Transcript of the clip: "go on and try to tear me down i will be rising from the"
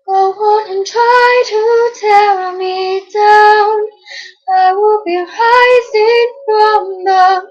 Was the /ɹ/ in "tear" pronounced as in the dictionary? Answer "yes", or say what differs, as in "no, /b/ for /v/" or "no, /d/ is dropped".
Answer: no, /l/ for /ɹ/